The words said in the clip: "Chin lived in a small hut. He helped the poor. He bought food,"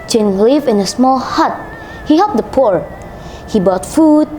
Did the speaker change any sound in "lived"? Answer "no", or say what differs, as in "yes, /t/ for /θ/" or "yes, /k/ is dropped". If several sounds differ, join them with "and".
yes, /d/ is dropped